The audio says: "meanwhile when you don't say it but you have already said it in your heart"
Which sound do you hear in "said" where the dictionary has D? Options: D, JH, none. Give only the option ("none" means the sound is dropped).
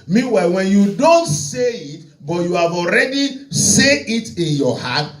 none